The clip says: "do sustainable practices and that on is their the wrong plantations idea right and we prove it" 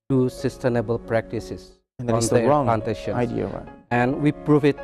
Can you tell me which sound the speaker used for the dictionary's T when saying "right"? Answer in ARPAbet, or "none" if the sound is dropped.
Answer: none